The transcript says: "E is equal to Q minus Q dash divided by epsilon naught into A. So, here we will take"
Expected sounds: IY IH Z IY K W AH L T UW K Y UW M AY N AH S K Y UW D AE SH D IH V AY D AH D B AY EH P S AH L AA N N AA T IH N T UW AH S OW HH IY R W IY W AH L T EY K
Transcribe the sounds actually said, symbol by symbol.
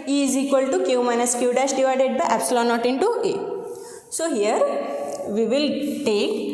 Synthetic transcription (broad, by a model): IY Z IY K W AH L T UW K Y UW M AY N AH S K Y UW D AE S D IH V AY D AH D B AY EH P S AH L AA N N AA T IH N T UW AH S OW HH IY R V IY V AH L T EY K